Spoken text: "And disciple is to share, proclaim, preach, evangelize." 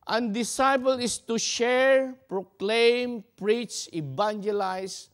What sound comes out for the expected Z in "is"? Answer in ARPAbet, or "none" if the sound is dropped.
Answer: S